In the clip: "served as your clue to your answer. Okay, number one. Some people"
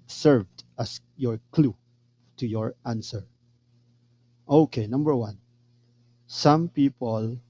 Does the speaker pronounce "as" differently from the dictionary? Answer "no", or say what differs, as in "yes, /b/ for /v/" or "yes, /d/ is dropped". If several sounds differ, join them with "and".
yes, /s/ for /z/